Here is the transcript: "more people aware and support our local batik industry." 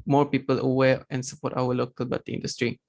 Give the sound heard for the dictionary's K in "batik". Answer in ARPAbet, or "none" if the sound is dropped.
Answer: none